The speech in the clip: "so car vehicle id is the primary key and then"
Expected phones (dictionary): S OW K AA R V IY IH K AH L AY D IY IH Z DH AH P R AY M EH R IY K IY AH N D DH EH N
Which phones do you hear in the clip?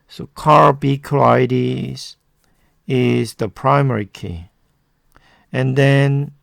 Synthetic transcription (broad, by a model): S OW K AA R B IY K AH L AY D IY IH Z DH AH P R AY M EH R IY K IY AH N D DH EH N